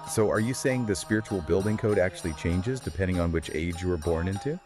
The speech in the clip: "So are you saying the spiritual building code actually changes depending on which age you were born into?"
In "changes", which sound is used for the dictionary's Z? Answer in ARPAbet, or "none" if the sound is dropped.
Z